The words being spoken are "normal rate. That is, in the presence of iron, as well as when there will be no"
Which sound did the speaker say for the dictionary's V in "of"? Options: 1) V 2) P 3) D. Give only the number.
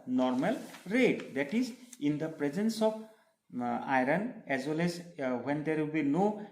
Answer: 2